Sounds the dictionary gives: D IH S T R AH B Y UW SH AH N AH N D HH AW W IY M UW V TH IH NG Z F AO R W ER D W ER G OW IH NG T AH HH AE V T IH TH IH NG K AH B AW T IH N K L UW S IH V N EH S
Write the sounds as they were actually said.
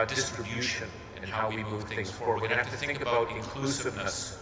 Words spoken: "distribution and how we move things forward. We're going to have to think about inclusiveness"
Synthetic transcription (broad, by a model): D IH S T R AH B Y UW SH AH N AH N HH AW W IY M UW V TH IH NG Z F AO R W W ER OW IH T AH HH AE F T IH TH IH NG K AH B AW T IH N K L UW S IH V N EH S